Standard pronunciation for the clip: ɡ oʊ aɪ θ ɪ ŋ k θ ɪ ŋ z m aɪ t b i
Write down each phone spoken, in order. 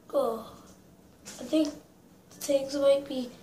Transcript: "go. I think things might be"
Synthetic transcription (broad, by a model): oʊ aɪ θ ɪ ŋ k t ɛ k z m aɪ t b i